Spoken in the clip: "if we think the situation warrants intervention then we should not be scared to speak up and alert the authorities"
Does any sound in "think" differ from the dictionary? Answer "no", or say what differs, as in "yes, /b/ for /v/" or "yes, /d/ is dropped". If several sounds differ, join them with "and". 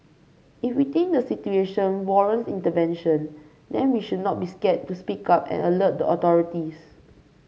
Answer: yes, /t/ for /θ/